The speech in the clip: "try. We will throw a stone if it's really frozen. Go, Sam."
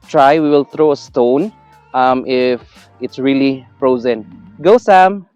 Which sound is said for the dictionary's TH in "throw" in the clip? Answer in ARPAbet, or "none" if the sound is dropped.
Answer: T